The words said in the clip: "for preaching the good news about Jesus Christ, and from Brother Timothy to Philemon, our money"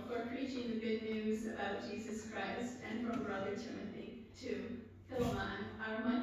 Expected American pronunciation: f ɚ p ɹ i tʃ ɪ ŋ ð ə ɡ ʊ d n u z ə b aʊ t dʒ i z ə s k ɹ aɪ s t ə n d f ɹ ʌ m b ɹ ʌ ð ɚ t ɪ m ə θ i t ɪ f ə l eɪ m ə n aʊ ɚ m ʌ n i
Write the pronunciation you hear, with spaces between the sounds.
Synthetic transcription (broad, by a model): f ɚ p ɹ i tʃ ɪ ŋ ð ə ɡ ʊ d n u z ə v dʒ i z ə s k ɹ aɪ s t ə n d f ɹ ʌ m b ɹ ʌ ð ɚ t ɪ m ə θ i t ɪ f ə l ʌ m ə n aʊ ɚ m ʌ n